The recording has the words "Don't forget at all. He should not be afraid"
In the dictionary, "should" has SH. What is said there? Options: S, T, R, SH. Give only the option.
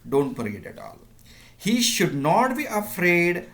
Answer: SH